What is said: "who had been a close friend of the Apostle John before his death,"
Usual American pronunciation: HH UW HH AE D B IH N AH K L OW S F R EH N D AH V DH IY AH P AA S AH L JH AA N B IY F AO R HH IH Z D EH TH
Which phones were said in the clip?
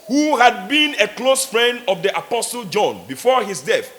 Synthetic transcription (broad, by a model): HH UW HH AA D B IH N AH K L OW S F R EH N D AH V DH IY AH P AA S AH L JH AA N B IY F AO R HH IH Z D EH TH